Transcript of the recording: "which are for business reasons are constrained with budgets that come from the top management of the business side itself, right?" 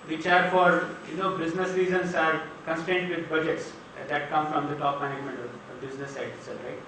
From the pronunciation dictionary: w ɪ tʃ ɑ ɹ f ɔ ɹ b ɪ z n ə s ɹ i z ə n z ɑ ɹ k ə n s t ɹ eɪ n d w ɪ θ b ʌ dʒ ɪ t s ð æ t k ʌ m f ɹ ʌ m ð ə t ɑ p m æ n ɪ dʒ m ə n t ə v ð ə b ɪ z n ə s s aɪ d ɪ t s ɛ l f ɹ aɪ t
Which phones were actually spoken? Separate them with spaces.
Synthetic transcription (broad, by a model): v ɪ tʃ ɑ ɹ f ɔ ɹ b ɪ z n ə s ɹ i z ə n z ɑ ɹ k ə n s t eɪ n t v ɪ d b ʌ dʒ ɪ t s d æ t k ʌ m f ɹ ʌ m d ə t ɑ p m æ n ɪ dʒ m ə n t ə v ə b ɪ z n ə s s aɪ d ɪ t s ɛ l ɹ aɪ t